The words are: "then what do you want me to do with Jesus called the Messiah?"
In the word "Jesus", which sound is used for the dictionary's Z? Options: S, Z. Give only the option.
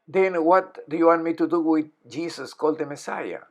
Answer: S